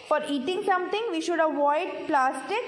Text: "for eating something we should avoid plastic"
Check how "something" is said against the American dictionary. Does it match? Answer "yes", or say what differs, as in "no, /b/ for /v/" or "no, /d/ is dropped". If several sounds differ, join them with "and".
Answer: no, /t/ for /θ/